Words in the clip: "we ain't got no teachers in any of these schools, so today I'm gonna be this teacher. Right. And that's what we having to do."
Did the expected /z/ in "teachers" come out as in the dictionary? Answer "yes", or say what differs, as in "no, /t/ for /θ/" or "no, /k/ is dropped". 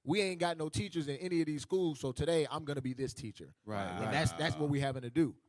yes